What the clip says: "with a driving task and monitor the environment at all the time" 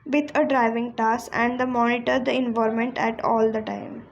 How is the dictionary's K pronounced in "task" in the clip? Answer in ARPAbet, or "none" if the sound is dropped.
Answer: none